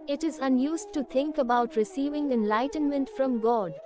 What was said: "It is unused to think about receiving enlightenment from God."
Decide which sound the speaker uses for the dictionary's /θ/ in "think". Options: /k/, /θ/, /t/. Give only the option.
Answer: /t/